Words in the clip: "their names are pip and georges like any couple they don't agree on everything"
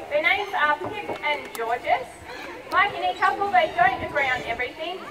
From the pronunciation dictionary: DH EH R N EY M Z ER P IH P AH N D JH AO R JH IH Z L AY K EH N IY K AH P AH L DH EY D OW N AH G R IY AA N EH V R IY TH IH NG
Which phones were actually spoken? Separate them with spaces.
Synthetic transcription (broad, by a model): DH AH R N EY M Z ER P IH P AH N JH AO R JH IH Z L AY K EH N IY K AH P AH L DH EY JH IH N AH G R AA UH N EH V R IY TH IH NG